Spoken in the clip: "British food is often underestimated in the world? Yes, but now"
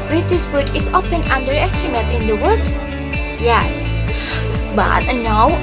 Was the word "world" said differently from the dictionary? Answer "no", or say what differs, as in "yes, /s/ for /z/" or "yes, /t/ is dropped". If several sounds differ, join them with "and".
yes, /l/ is dropped